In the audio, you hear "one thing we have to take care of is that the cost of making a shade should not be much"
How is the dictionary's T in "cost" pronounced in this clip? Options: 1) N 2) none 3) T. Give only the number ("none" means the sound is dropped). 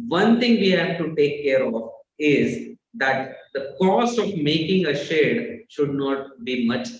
2